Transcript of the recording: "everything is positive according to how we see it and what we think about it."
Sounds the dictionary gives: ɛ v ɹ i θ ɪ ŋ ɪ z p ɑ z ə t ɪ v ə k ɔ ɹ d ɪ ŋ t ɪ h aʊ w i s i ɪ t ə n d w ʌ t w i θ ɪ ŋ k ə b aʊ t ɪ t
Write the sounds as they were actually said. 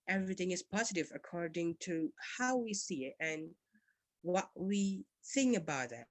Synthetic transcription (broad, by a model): ɛ v ɹ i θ ɪ ŋ ɪ z p ɑ z ə t ɪ v ə k ɔ ɹ d ɪ ŋ t ɪ h aʊ w i s i ɪ t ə n w ʌ t w i θ ɪ ŋ k ə b aʊ t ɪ t